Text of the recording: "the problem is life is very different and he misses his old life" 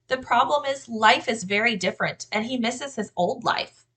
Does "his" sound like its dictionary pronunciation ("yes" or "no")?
yes